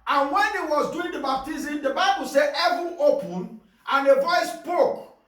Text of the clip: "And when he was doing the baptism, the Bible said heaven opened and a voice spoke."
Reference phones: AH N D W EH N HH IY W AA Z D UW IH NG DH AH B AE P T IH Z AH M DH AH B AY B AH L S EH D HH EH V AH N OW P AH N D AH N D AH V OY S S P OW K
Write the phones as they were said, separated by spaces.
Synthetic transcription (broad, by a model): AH N W EH N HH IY W AA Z D UW IH NG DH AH B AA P T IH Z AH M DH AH B AY B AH L S EH D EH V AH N OW P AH N AH N AH V OY S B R OW K